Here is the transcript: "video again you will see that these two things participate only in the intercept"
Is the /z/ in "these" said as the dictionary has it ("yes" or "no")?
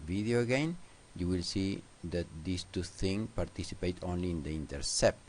no